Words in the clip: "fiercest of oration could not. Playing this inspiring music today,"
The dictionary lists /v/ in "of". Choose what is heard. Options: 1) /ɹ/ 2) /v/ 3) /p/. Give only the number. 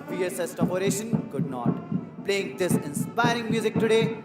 3